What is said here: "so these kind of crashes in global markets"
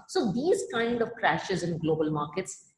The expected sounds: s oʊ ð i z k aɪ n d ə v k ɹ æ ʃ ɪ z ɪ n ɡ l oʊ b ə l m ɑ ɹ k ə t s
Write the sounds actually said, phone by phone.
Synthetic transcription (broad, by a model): s oʊ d i z k aɪ n d ə v k ɹ æ ʃ ɪ z ɪ n ɡ l oʊ b ə l m ɑ ɹ k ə t s